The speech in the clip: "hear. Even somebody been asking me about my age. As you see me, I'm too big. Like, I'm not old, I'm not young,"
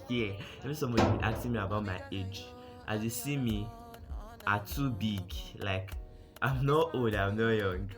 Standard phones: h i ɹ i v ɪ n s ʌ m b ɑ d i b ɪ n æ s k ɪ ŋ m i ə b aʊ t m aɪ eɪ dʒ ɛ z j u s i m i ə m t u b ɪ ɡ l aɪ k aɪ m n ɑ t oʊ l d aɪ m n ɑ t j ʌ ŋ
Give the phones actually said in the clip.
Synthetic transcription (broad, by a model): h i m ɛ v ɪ s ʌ m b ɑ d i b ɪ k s ɪ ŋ m i ə b aʊ t m aɪ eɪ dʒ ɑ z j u s i m i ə t u b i ɡ l aɪ k aɪ m n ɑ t oʊ l d aɪ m n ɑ j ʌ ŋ